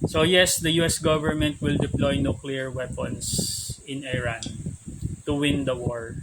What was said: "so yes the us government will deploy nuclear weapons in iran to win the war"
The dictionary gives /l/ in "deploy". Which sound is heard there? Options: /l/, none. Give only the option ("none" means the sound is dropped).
/l/